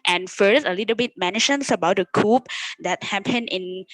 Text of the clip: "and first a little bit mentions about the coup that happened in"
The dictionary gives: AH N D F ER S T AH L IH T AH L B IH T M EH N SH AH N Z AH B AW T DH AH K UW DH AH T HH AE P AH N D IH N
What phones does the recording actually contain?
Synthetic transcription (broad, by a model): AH N F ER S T AH L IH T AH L B IH T M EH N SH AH N S AH B AW T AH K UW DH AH T HH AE P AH N IH N